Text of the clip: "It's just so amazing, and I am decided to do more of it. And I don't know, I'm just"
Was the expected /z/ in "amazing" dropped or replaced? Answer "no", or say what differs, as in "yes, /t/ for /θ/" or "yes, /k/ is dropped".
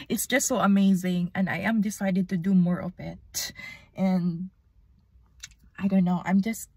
no